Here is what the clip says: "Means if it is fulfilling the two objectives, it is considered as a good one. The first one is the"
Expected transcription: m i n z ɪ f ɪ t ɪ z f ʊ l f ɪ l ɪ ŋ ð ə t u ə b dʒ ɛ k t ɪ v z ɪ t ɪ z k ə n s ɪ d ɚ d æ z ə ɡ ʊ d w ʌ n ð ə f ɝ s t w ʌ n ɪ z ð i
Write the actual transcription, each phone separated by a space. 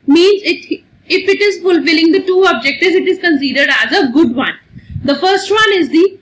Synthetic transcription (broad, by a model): m i n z ɪ f ɪ t ɪ z f ʊ l f ɪ l ɪ ŋ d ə t u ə b dʒ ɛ k t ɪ z ɪ t ɪ z k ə n s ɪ d ɚ d æ z ə ɡ ʊ d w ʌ n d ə f ɝ s t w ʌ n ɪ z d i